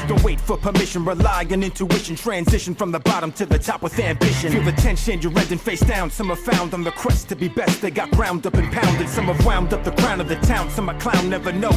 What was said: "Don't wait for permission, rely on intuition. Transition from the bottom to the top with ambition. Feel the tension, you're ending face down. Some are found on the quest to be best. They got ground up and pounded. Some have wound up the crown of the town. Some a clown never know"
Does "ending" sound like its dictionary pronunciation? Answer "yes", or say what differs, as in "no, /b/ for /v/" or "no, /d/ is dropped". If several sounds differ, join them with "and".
no, /n/ is dropped